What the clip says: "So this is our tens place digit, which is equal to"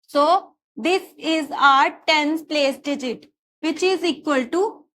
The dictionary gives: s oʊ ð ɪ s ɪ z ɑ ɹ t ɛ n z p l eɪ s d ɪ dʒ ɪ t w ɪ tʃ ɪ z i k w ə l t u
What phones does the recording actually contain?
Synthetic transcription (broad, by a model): s oʊ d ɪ s ɪ z ɑ ɹ t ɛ n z p l eɪ s d ɪ dʒ ɪ t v ɪ tʃ ɪ z i k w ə l t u